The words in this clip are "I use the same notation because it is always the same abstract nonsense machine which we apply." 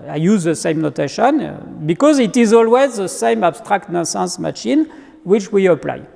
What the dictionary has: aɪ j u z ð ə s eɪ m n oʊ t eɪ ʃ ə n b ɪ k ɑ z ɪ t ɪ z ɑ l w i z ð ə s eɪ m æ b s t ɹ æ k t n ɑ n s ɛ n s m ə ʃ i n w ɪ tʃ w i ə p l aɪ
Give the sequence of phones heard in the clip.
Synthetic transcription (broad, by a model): aɪ j u z ð ə s eɪ m n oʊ t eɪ ʃ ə n b ɪ k ɑ z ɪ t ɪ z ɑ l w i z ð ə s eɪ m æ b s t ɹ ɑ k t n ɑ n s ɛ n s m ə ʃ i n w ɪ tʃ w i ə p l aɪ